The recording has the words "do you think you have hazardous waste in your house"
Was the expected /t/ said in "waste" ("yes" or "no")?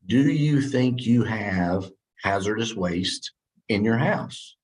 yes